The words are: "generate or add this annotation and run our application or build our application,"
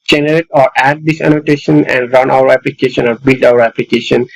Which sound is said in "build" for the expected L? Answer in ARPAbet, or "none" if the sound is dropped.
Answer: L